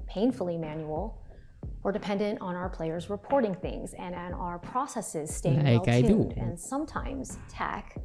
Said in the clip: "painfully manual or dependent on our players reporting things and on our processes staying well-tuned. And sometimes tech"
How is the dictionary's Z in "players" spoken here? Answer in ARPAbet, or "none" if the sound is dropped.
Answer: Z